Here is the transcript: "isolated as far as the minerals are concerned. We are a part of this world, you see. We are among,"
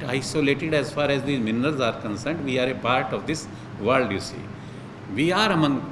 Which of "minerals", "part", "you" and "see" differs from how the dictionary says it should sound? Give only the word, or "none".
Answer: none